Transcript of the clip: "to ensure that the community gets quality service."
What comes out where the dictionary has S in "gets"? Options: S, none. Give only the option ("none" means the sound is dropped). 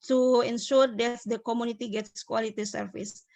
S